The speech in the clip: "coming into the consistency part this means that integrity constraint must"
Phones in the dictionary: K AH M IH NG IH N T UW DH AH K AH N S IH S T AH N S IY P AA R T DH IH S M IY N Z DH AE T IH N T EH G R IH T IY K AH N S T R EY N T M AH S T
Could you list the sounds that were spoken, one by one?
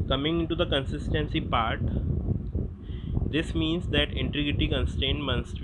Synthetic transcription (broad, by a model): K AH M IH NG IH N T UW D AH K AH N S IH S T AH N S IY P AA R T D IH S M IY N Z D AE T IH N T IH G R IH T IY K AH N S T EY N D M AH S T